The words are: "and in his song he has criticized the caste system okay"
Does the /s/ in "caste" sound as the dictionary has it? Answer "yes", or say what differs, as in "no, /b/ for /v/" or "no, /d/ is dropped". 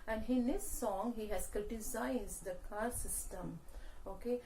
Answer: no, /s/ is dropped